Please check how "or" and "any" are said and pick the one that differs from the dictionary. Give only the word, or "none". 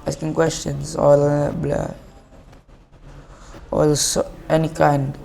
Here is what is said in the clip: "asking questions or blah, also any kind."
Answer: or